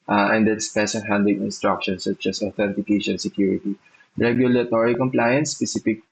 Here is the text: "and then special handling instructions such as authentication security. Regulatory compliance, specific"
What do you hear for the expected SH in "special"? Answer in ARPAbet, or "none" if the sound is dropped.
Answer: S